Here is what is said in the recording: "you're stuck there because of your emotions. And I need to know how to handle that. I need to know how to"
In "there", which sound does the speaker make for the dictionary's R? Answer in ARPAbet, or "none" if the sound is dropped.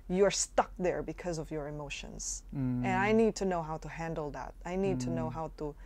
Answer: R